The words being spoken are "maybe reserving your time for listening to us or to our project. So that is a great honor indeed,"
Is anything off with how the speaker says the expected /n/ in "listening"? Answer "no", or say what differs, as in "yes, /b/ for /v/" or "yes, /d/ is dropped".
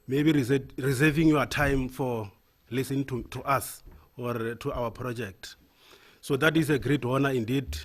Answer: yes, /n/ is dropped